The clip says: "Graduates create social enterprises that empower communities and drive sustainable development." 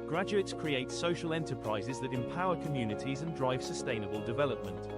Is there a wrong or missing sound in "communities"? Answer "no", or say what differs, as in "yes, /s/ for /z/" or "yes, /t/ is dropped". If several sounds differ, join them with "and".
no